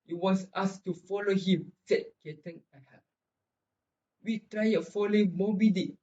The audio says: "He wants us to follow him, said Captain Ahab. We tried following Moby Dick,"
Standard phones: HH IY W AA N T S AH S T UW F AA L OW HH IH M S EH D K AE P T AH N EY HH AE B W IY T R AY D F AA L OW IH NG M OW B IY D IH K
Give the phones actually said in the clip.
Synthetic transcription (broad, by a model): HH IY W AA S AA S T UW F AA L OW HH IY M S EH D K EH T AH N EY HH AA W IY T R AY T F AA L OW IH NG M OW B IY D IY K